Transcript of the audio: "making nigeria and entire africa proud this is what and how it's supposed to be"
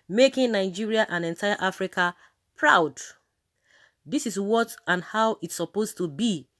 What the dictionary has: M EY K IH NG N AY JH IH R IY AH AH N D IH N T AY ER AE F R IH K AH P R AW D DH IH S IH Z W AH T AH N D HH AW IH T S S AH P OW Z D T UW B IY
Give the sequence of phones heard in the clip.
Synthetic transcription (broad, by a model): M EY K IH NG N AY JH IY R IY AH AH N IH N T AY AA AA F R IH K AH P R AW D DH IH S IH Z W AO T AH N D HH AW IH T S S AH P OW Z T UW B IY